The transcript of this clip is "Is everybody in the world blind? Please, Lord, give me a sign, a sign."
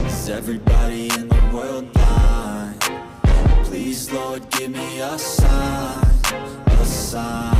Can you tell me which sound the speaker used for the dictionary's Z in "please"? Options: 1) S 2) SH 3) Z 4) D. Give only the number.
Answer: 3